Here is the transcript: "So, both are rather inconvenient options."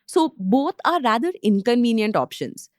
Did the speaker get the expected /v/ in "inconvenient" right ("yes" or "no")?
yes